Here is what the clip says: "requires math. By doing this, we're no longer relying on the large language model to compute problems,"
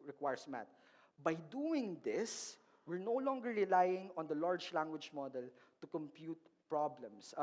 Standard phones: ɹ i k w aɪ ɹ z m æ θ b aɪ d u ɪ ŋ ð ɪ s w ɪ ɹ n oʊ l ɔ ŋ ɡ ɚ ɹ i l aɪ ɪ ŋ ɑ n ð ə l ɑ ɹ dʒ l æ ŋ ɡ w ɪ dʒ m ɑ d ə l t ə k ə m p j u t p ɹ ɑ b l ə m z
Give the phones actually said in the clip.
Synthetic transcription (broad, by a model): ɹ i k w aɪ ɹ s m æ t b aɪ d u ɪ ŋ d ɪ s w ɪ ɹ n oʊ l ɔ ŋ ɡ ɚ ɹ i l aɪ ɪ ŋ ɑ n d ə l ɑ ɹ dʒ l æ ŋ ɡ w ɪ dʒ m ɑ d ə l t ə k ə m p j u t p ɹ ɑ b l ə m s